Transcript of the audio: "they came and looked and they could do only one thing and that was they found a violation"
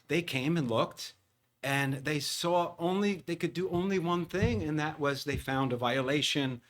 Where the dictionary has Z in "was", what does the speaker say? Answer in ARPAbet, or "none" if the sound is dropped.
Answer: Z